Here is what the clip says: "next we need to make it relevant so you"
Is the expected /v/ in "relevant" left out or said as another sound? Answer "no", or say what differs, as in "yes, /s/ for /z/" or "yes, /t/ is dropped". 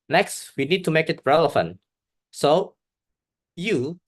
yes, /f/ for /v/